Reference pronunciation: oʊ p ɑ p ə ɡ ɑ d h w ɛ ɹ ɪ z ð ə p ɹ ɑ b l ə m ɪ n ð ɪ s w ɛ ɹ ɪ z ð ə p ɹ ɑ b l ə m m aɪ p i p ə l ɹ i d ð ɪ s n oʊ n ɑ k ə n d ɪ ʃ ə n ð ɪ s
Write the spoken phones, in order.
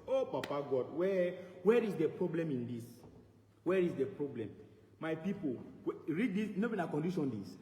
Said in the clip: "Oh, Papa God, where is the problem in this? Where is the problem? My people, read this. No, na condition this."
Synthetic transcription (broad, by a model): oʊ p ɑ p ə ɡ ɑ d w w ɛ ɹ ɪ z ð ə p ɹ ɑ b l ə m ɪ n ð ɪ s w ɛ ɹ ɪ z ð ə p ɹ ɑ b l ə m m aɪ p i p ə w ɹ i d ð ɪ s n oʊ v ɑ k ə n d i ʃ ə n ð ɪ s